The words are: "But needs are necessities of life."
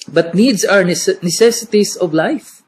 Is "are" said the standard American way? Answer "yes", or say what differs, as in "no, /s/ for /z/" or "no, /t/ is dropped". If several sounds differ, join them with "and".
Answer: no, /w/ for /ɹ/